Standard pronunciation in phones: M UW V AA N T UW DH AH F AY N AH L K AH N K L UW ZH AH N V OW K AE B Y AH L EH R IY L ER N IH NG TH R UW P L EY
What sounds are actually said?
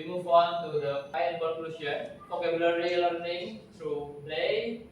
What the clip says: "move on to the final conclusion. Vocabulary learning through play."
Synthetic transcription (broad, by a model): M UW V AA N T UW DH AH P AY AH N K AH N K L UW SH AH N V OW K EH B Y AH L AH R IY L ER N IH NG T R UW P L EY